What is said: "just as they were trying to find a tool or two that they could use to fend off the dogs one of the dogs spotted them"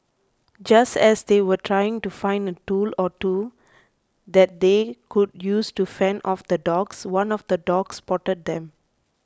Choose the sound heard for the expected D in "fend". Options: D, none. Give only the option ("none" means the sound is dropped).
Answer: none